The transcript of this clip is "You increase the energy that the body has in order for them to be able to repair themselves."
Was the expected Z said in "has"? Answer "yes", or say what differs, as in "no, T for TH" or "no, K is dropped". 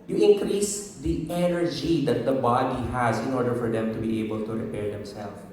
yes